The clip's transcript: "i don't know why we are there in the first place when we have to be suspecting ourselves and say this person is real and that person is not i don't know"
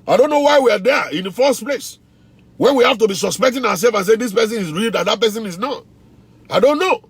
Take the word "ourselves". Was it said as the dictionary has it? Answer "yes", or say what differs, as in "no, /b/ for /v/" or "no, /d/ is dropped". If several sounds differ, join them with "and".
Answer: no, /w/ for /ɹ/